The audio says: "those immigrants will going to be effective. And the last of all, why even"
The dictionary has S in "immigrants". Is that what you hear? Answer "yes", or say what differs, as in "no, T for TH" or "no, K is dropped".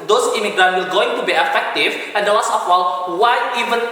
no, S is dropped